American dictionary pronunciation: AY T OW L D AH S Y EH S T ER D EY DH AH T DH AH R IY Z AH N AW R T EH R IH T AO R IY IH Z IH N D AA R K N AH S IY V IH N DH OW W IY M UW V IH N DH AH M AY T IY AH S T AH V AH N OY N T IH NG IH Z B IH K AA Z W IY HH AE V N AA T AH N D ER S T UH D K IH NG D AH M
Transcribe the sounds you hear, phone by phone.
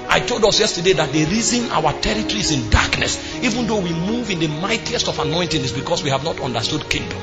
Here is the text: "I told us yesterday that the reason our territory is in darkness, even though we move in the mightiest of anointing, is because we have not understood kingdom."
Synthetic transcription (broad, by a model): AY T OW L D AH S Y EH S T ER D EY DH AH T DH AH R IY Z AH N AW W T EH R IH T AO R IY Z IH N D AA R K N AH S IY V IH N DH OW W IY M UW V IH N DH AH M AY T IY AH S T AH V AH N OY N T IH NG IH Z B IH K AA S W IY HH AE V N AA T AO N D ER S T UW D K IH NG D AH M